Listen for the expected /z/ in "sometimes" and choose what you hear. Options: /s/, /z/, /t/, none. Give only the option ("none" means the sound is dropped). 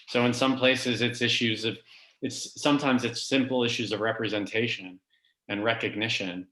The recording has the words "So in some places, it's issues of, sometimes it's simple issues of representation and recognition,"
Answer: /z/